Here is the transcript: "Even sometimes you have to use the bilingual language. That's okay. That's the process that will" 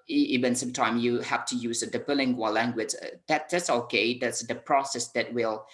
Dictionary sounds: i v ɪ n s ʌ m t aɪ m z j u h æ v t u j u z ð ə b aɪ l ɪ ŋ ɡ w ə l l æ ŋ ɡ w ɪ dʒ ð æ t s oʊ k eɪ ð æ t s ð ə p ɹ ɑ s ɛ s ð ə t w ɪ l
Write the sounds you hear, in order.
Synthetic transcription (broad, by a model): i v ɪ n s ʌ m t aɪ m j u h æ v t u j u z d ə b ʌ l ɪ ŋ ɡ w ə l l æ ŋ ɡ w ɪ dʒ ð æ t s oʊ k eɪ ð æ t s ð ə p ɹ ɑ s ɛ s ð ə t w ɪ l